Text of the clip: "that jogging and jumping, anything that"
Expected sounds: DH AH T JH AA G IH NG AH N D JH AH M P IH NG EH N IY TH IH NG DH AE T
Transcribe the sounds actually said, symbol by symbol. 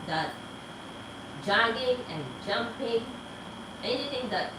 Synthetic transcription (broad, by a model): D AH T JH AA G IH NG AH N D JH AH M P IH NG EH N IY T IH NG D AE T